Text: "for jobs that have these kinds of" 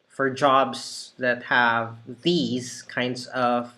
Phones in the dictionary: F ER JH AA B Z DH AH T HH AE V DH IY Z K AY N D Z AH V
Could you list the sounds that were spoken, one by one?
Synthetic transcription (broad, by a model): F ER JH AA B Z DH AH T HH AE V DH IY Z K AY N D Z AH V